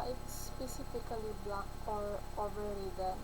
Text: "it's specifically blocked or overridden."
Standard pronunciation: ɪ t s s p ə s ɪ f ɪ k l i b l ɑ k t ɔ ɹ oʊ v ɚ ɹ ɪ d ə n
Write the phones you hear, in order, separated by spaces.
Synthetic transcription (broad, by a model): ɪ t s s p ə s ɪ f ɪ k l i b l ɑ k ɔ ɹ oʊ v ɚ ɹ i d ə